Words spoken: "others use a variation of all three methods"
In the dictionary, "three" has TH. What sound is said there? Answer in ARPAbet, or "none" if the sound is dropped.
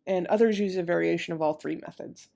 TH